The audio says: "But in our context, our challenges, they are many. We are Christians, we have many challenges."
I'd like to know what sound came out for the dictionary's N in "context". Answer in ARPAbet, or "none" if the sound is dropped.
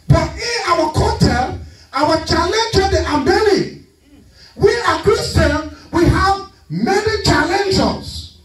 none